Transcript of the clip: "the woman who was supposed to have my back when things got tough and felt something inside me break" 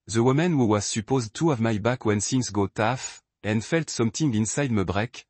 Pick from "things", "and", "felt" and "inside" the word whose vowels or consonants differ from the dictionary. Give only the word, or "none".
things